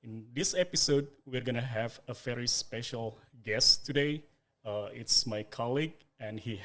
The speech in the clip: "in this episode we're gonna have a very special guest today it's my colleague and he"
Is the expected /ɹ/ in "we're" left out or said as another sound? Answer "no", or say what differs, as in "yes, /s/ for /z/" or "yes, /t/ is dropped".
no